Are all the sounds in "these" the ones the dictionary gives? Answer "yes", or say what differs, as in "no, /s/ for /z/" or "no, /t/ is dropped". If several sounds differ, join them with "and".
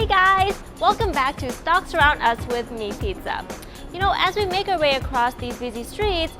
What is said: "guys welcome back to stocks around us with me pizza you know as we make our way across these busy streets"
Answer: yes